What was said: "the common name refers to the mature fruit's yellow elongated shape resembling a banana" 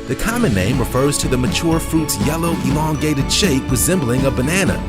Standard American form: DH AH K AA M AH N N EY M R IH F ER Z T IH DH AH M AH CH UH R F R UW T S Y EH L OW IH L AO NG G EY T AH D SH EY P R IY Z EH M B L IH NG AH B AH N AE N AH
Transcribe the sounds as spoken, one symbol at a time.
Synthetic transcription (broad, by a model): DH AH K AA M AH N N EY M R IH F ER Z T IH DH AH M AH CH UH R F R UW T S Y EH L OW IH L AO NG G EY T AH D SH EY P R IY Z EH M B L IH NG AH B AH N AE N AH